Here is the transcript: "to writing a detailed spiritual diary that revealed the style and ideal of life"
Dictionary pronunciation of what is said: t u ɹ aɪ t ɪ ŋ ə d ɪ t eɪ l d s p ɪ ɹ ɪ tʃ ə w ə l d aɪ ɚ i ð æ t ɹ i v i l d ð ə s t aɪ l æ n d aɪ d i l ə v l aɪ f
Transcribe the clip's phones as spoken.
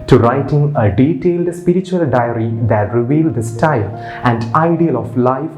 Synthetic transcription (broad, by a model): t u ɹ aɪ t ɪ ŋ ə d ɪ t eɪ l d s p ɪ ɹ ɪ tʃ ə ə l d aɪ ɚ i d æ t ɹ i v i l d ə s t aɪ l æ n d aɪ d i l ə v l aɪ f